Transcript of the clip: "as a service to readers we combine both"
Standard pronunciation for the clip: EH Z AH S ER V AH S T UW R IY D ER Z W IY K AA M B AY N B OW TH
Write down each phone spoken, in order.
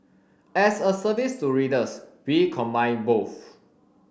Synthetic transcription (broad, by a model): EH S AH S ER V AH S T UW R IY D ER S W IY K AA M B AY N B OW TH